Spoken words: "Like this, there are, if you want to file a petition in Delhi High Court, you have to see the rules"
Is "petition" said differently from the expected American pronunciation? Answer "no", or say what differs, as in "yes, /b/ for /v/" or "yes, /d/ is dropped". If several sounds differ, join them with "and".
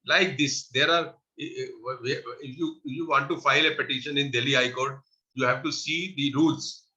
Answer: no